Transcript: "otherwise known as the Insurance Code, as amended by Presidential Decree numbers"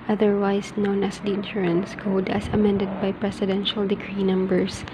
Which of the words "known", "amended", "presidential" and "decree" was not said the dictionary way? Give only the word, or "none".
presidential